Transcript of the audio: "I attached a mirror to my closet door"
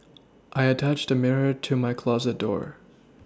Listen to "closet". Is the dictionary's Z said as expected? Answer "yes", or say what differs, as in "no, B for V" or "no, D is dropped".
yes